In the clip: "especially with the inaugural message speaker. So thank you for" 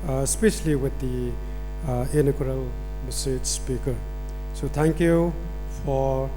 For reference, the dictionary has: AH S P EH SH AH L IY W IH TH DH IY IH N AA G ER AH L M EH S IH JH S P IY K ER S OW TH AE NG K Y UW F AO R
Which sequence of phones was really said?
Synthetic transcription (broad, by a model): S P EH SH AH L IY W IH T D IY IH N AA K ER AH L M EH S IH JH S P IY K ER S OW T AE NG K Y UW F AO R